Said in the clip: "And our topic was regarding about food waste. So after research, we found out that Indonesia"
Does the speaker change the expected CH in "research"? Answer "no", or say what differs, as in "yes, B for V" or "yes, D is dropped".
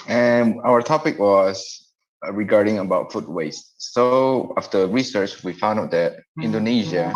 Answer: no